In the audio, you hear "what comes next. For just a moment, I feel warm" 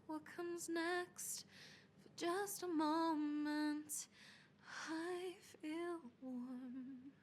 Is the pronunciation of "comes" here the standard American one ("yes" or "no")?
yes